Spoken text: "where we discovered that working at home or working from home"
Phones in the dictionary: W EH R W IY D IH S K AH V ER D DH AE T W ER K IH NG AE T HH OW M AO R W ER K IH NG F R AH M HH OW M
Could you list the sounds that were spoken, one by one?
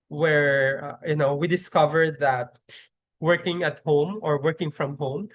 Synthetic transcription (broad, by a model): W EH R W IY D IH S K AH V ER D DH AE T W ER K IH NG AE T HH OW M AO R W ER K IH NG F R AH M HH OW M